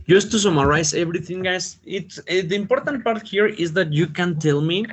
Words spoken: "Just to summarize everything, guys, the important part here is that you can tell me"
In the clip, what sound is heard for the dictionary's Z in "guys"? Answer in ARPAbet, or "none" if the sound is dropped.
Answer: S